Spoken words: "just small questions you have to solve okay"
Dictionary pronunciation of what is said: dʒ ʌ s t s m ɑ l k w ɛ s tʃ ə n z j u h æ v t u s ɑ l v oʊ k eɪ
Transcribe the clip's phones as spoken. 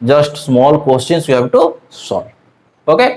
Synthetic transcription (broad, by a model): dʒ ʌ s t s m ɑ l k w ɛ s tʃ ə n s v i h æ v t u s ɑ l oʊ k eɪ